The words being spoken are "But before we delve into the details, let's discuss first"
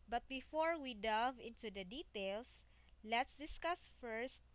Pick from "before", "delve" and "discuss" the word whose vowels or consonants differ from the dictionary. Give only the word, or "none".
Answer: delve